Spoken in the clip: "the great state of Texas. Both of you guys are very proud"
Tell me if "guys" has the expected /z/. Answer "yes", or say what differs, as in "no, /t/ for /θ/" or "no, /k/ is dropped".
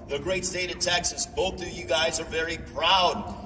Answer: yes